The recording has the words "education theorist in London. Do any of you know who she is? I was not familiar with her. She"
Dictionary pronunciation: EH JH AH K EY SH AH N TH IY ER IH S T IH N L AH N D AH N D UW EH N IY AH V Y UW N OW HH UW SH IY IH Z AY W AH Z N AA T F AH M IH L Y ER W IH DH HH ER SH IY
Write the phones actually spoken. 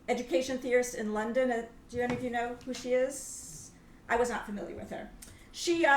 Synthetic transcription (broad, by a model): EH JH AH K EY SH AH N TH IY ER IH S T IH N L AH N D AH N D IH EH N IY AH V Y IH N OW HH UW SH IY IH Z AY W AH Z N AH T F AH M IH L Y ER W IH DH ER SH IY